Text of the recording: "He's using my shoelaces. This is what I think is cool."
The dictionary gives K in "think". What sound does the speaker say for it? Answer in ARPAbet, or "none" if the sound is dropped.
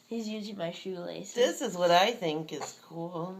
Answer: K